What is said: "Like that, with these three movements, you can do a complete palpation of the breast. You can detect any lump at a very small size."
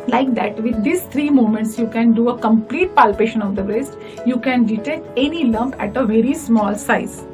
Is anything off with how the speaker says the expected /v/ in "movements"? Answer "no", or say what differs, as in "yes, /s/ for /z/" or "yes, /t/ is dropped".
yes, /v/ is dropped